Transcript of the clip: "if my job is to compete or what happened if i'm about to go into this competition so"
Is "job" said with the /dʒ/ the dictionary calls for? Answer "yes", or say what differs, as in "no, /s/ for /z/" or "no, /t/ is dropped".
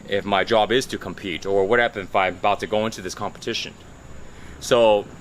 yes